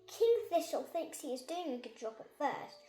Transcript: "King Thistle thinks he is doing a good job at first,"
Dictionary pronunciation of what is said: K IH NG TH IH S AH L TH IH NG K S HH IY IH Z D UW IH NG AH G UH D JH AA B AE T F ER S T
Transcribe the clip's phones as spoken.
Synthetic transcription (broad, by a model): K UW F IH SH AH L TH IH NG K S HH IY IH Z D UW IH NG AH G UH D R AA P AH T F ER S T